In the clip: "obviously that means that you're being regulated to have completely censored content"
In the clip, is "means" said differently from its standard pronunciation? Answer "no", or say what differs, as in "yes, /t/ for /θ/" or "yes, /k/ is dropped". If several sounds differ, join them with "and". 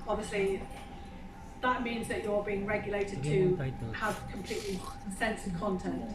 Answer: no